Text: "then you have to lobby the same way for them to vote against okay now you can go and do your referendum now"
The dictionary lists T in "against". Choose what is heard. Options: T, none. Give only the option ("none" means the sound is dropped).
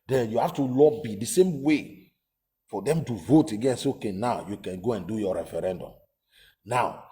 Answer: none